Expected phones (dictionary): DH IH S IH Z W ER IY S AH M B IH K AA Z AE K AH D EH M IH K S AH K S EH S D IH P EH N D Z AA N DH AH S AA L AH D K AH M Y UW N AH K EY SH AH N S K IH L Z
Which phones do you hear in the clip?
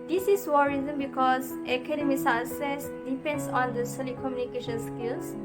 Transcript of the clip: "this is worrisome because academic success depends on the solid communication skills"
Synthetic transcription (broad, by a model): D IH S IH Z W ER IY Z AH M B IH K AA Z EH K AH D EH M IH S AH S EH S D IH P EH N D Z AA N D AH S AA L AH K AH M Y UW N AH K EY SH AH N S K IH L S